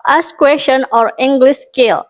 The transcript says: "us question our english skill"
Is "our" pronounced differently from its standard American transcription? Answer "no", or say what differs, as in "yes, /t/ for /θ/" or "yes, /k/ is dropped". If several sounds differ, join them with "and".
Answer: no